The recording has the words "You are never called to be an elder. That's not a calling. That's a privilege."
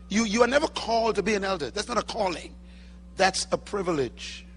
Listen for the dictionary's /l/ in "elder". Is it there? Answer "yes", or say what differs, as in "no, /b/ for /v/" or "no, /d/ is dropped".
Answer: yes